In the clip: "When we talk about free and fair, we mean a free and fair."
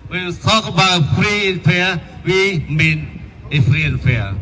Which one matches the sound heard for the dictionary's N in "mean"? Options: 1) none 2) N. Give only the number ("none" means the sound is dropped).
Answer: 2